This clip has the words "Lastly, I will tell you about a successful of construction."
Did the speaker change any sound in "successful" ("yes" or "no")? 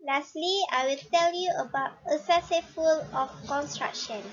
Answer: yes